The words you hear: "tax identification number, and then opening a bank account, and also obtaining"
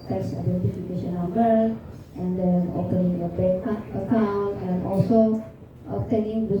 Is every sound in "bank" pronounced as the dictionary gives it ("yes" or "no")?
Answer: no